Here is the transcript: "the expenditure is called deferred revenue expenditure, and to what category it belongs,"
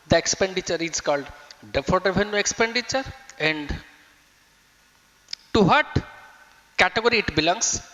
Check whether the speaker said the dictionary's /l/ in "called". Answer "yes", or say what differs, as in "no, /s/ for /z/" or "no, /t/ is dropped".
yes